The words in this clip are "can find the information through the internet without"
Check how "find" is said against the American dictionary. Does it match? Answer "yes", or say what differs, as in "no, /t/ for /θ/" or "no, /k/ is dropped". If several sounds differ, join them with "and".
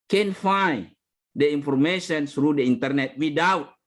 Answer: no, /n/ is dropped